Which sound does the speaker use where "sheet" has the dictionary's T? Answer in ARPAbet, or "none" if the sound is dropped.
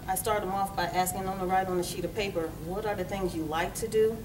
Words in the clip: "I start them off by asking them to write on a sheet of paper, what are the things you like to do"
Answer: T